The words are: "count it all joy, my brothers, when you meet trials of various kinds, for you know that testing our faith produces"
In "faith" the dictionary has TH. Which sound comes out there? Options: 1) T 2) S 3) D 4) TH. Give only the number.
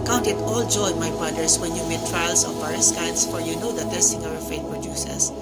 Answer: 1